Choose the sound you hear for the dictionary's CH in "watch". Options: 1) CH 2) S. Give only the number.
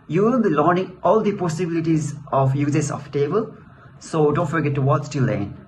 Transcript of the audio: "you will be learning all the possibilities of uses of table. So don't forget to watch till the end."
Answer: 2